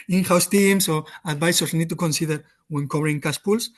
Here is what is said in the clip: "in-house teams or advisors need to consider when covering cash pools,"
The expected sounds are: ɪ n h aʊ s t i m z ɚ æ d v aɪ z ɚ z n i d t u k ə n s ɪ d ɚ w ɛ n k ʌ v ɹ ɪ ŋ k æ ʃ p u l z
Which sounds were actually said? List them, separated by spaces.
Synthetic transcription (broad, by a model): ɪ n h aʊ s t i m s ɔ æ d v aɪ s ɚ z n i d t u k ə n s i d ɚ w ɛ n k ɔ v ɹ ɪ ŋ k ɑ s p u l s